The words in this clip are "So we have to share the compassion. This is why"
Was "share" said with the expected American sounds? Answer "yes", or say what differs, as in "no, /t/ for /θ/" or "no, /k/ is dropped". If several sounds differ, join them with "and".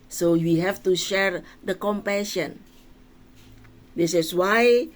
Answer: yes